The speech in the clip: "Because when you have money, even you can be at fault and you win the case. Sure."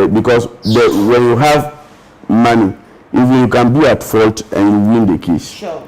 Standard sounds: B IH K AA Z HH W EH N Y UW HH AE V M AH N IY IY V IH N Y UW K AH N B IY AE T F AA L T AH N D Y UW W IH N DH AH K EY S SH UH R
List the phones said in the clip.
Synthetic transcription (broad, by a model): B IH K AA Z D W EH N Y UW HH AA V M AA N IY IY V IH N Y UW K AH N B IY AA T F AA L T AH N Y UW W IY N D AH K EY S